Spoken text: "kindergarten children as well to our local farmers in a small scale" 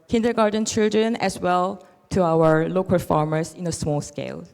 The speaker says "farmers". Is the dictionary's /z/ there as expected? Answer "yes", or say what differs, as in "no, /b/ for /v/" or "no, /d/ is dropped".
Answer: no, /s/ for /z/